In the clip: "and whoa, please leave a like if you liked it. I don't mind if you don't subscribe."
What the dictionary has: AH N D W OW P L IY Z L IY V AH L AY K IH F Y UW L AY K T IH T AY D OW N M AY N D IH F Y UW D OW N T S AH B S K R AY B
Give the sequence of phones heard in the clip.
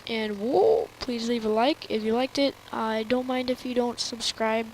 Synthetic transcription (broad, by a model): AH N W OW P L IY Z L IY V AH L AY K IH F Y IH L AY K T IH T AY D OW N M AY N D IH F Y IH D OW N T S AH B S K R AY B